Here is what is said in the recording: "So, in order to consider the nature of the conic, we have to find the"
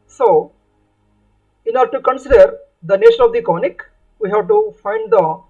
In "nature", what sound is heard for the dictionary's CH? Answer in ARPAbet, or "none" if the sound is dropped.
SH